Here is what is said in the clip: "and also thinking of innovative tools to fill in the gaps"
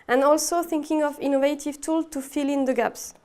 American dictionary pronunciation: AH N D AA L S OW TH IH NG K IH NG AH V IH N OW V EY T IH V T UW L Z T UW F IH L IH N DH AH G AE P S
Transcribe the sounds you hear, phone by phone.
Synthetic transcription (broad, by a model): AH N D AA L S OW TH IH NG K IH NG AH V IH N OW V EY T IH V T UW L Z T UW F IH L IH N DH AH G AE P S